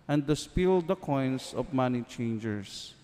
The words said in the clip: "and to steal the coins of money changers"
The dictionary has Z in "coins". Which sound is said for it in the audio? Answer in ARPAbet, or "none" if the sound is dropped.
S